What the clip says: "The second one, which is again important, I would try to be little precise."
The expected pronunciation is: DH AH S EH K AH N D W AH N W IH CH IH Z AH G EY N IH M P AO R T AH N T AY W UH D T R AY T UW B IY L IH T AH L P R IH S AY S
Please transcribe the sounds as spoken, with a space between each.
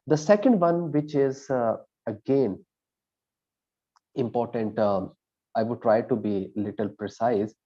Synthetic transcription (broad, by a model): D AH S EH K AH N D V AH N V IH CH IH Z AH G EY N IH M P AO R T AH N T AY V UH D T R AY T UW B IY L IH T AH L P R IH S AY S